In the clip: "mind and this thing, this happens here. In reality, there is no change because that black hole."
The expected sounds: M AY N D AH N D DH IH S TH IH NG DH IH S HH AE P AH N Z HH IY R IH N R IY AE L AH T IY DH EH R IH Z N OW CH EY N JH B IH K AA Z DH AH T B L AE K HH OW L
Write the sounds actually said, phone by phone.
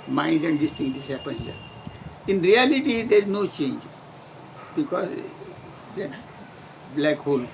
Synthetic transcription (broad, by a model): M AY N D AH N D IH S T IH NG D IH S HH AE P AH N HH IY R IH N R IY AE L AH T IY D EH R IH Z N OW CH EY N JH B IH K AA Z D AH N B L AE K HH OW L